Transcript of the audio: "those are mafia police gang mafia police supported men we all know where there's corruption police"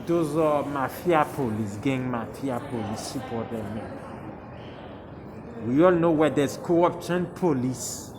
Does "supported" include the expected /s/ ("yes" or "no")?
no